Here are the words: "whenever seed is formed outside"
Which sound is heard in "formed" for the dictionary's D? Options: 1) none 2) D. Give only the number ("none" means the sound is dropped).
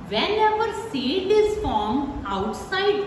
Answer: 1